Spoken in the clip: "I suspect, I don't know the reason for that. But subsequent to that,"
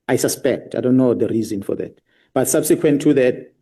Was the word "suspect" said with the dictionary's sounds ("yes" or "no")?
yes